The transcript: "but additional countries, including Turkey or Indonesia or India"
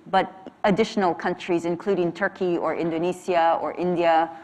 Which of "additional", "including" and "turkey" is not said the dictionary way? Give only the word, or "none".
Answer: none